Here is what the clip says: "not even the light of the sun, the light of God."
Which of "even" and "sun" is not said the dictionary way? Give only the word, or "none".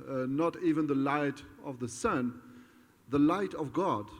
none